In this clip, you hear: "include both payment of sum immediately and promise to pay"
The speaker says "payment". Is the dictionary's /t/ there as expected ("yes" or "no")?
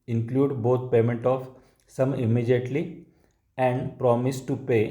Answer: yes